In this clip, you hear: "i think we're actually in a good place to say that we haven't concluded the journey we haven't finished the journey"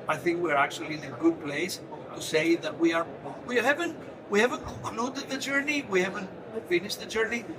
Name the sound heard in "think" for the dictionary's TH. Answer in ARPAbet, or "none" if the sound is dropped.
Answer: TH